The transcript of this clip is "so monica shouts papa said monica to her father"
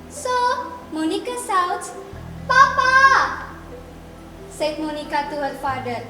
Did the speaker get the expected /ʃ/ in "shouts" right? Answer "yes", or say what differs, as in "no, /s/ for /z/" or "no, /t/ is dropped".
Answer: no, /s/ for /ʃ/